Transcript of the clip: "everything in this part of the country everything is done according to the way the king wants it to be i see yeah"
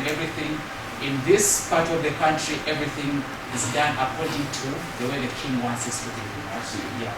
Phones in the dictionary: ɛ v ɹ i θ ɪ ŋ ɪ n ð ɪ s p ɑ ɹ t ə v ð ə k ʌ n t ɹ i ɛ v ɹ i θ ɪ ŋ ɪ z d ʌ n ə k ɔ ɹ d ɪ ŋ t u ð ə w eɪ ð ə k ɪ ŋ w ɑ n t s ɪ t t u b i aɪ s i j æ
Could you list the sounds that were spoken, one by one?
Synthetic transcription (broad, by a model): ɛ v ɹ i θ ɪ ŋ ɪ n ð ɪ s p ɑ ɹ t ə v ð ə k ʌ n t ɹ i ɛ v ɹ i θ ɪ ŋ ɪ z d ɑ n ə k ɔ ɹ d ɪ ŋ t u ð ə w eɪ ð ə k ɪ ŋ w ɑ n t s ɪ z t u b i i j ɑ